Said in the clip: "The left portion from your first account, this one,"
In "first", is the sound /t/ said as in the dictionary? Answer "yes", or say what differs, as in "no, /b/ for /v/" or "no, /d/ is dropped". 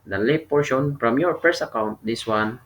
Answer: no, /t/ is dropped